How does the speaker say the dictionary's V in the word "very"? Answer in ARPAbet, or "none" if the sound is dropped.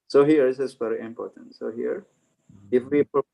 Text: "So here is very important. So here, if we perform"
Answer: F